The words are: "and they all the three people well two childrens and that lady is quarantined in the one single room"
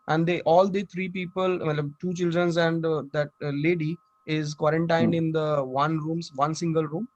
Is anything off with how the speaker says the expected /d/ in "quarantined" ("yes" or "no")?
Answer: no